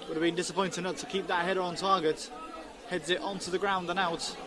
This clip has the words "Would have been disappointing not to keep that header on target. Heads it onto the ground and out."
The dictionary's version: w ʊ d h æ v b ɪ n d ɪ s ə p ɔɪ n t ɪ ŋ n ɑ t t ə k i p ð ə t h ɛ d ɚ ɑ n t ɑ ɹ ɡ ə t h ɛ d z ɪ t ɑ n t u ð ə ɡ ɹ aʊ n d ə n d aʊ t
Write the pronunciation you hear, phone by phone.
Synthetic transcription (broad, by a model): w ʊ d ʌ v b ɪ n d ɪ s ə p ɔɪ n t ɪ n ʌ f t ə k i p ð ə t h ɛ d ɚ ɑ n t ɑ ɡ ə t h ɛ d z ɪ t ɑ n t u ð ə ɡ ɹ aʊ n d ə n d aʊ t